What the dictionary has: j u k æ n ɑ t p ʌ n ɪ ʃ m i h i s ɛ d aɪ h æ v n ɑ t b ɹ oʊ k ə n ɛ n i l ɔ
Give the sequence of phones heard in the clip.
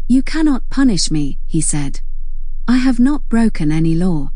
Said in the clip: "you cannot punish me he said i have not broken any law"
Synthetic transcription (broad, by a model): j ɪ k æ n ɑ t p ʌ n ɪ ʃ m i h i s ɛ d aɪ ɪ v n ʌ t b ɹ oʊ k ə n ɛ n i l ɔ